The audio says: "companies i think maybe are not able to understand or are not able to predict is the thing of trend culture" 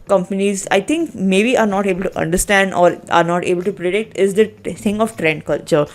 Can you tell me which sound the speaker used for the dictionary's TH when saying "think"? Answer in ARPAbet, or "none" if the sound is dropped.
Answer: T